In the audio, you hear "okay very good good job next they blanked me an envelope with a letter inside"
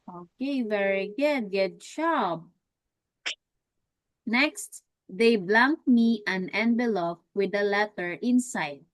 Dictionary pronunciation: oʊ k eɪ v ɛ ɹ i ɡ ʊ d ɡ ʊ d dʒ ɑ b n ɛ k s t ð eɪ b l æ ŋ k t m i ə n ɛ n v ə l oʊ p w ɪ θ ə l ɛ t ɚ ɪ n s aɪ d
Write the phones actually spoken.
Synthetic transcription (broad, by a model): oʊ k eɪ v ɛ ɹ i ɡ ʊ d ɡ ʊ d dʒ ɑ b n ɛ k s t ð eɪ b l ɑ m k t m i ə n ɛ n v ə l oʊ f w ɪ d ə l ɛ t ɚ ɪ n s aɪ d